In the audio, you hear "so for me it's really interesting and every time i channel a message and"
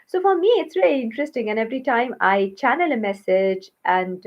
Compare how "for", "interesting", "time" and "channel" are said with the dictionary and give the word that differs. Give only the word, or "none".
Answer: none